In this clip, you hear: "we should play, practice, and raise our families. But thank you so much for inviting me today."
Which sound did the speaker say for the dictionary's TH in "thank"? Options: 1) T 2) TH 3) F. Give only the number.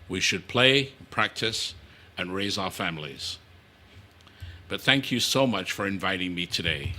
2